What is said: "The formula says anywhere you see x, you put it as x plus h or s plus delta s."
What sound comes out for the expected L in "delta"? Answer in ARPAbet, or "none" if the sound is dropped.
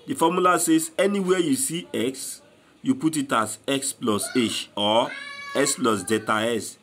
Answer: none